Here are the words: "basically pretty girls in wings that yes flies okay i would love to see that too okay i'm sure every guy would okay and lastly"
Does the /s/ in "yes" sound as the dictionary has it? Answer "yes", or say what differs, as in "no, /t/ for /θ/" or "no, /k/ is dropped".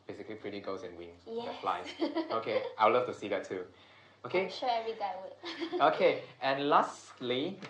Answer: no, /s/ is dropped